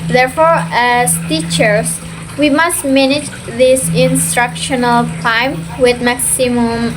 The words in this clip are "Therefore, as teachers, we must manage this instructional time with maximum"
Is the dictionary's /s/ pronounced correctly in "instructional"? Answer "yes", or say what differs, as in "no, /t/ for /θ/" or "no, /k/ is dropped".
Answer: yes